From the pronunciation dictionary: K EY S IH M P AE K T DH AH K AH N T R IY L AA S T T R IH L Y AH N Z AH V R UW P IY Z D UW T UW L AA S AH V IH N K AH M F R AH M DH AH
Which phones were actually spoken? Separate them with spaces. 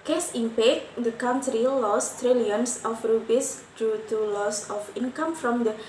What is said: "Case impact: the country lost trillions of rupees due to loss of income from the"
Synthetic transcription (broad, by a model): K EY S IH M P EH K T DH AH K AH N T R IY L AA S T T R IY L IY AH N S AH F R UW B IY S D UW T UW L AA S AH F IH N K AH M F R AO M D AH